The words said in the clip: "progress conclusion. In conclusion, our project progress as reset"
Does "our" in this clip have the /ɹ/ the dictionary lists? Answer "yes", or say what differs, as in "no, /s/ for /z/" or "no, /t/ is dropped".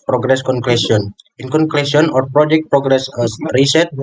yes